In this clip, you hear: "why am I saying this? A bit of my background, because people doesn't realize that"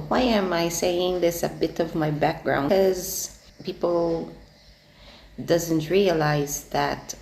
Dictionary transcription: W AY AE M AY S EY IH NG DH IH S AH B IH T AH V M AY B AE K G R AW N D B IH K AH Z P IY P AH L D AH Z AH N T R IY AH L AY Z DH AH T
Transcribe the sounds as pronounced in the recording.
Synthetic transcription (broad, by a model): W AY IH M AY S EY IH NG DH IH S AH B IH T AH V M AY B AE K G R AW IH AH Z P IY P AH L D AH Z AH N T R IY AH L AY Z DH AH T